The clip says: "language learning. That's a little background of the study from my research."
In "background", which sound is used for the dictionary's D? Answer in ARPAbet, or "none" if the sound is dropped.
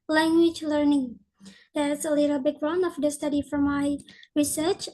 none